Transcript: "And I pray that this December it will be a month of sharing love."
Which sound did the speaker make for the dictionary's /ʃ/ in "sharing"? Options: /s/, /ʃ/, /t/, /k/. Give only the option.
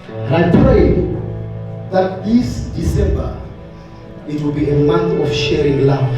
/ʃ/